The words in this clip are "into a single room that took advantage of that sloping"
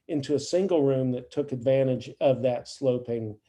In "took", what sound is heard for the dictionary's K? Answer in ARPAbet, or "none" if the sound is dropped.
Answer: K